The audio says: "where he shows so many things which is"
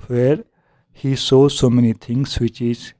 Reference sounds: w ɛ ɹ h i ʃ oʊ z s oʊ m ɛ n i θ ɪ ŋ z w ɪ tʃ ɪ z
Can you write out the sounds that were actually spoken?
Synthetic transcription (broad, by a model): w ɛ ɹ h i s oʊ s oʊ m ɛ n i t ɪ ŋ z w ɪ tʃ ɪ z